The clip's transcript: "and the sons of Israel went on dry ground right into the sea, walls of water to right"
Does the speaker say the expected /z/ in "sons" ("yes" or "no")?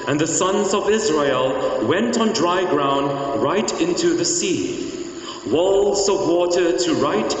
yes